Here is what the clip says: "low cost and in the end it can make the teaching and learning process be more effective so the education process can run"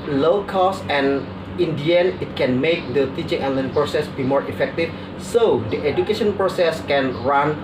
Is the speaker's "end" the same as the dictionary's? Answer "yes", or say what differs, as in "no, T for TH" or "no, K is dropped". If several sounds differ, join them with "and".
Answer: no, D is dropped